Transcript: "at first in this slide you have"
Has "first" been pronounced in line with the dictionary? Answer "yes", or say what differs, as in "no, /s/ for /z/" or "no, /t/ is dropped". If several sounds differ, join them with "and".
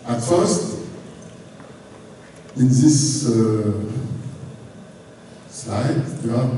yes